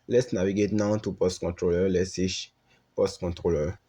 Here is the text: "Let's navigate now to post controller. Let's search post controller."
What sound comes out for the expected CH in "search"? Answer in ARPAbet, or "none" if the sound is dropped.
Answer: SH